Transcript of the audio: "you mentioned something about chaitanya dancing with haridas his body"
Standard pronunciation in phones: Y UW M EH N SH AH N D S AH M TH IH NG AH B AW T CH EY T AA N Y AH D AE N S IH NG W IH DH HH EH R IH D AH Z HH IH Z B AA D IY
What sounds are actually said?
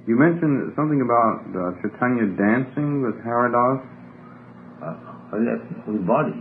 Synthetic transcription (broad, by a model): Y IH M EH N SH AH N S AH M TH IH NG AH B AW T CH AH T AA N Y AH D AE N S IH NG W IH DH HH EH R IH D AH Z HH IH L B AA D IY